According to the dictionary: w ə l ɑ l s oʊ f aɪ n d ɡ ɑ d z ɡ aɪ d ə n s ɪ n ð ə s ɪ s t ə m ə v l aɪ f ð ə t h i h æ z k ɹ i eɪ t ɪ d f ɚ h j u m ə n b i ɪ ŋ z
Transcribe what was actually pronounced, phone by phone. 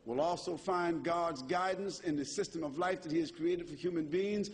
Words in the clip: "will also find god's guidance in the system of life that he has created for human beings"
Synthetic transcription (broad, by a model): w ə l ɑ l s oʊ f aɪ n ɡ ɑ d z ɡ aɪ d n s ɪ n ð ə s ɪ s t ə m ə v l aɪ f ð ə t h i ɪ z k ɹ i eɪ t ɪ d f ɚ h j u m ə n b i ɪ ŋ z